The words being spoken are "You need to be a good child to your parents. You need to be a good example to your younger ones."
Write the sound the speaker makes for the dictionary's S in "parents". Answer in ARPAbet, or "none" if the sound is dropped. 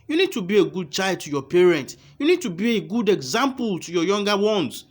none